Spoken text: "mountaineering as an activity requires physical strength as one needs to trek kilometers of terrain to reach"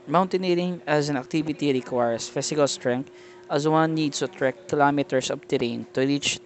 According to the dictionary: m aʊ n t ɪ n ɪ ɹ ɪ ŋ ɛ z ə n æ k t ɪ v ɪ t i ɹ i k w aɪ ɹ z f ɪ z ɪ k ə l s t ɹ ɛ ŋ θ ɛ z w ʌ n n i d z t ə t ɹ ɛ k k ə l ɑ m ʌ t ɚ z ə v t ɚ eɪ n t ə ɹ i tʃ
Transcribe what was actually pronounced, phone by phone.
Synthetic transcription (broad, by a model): m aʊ n t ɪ n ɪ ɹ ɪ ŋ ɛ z ə n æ k t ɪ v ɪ t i ɹ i k w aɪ ɹ s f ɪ s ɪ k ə l s t ɹ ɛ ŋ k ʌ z w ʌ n n i d s t ə t ɹ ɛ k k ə l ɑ m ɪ t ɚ s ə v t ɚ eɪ n t ə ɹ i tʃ